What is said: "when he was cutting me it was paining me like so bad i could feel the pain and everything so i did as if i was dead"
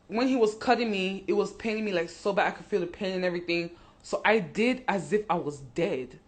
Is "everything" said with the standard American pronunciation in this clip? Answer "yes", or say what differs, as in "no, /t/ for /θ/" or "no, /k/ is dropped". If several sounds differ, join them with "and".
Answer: yes